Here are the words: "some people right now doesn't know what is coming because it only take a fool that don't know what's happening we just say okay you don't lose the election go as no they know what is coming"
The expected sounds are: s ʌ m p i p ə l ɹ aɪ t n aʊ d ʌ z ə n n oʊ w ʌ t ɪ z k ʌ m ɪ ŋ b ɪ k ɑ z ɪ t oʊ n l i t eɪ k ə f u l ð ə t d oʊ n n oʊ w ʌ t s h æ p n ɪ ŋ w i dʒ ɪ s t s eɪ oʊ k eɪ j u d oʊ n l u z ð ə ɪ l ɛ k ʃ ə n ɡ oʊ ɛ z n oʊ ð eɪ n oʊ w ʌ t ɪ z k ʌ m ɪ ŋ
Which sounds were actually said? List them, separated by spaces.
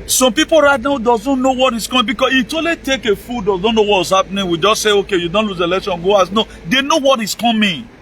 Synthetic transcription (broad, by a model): s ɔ m p i p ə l ɹ aɪ t n aʊ d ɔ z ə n n oʊ w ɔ t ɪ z k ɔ m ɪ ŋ b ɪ k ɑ s ɪ t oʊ l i t eɪ k ə f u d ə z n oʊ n n oʊ w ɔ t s h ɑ p n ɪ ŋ w i dʒ ɪ s t s eɪ oʊ k eɪ j u d oʊ n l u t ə l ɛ k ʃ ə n ɡ oʊ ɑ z n oʊ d eɪ n oʊ w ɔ t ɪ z k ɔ m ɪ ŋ